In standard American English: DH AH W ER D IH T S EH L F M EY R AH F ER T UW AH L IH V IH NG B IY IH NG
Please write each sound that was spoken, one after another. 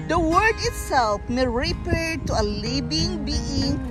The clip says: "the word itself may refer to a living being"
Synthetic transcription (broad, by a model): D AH W ER D IH T S EH L F M EY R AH P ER T UW AH L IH B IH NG B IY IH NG